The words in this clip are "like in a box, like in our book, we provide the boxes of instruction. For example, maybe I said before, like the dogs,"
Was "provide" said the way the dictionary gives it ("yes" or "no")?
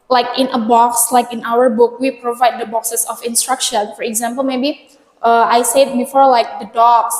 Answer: yes